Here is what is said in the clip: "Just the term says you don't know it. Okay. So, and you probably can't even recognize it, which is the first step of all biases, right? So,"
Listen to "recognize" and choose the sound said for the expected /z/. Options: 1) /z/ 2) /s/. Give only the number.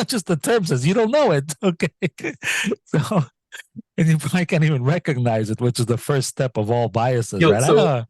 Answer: 1